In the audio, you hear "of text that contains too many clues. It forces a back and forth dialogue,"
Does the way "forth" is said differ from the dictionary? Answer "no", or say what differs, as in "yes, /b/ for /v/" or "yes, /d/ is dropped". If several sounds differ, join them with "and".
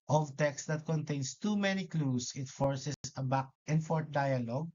yes, /t/ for /θ/